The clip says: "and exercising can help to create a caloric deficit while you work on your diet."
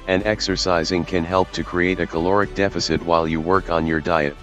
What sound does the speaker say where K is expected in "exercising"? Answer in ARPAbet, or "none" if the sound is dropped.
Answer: K